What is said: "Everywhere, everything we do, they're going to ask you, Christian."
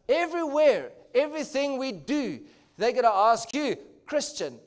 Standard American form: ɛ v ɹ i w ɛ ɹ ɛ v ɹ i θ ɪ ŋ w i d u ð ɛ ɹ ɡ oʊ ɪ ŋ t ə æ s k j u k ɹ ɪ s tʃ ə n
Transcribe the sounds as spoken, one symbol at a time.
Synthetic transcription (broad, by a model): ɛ v ɹ i w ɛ ɹ ɛ v ɹ i θ ɪ ŋ w i d u ð ɛ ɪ ɡ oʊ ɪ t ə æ s k j u k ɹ ɪ s tʃ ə n